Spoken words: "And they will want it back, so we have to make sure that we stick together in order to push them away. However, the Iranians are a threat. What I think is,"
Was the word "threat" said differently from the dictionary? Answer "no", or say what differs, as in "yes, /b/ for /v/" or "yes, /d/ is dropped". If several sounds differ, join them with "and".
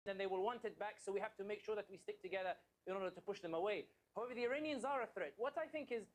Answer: no